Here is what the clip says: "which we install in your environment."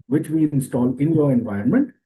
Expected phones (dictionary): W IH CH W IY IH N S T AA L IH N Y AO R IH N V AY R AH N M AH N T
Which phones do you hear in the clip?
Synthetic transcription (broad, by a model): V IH CH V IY IH N S T AA L IH N Y AO R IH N V AY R N M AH N T